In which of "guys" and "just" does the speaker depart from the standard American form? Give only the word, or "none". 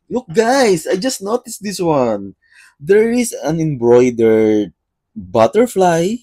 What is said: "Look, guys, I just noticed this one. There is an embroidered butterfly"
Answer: guys